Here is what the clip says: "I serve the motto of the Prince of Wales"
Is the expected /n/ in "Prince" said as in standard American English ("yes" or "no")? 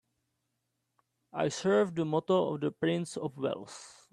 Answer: yes